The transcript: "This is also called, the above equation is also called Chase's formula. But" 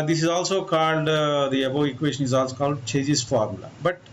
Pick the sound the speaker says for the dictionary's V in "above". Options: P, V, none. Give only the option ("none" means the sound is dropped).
none